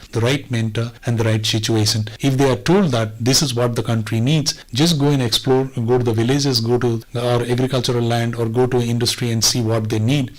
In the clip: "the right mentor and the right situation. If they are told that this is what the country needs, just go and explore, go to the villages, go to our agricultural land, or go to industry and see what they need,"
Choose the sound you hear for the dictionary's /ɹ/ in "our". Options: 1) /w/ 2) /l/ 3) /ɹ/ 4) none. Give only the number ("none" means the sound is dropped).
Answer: 3